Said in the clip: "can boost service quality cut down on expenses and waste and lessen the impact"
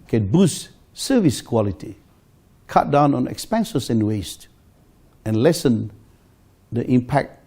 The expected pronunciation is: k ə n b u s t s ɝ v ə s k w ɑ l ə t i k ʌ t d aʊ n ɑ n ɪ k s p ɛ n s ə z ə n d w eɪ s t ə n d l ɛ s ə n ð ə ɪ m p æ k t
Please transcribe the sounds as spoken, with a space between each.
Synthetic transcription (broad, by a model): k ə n b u s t s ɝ v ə s k w ɑ l ə t i k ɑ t d aʊ n ɑ n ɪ k s p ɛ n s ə s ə n w eɪ s t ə n l ɛ s ə n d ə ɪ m p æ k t